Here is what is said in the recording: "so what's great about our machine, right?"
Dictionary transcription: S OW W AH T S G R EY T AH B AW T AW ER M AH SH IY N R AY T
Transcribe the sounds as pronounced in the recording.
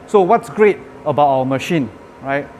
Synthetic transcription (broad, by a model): S OW W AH T S G R EY T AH B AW T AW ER M AH SH IY N R AY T